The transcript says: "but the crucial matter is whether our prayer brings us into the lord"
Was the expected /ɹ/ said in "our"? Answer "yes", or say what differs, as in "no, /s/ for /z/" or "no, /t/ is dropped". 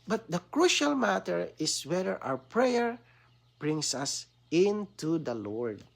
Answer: no, /w/ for /ɹ/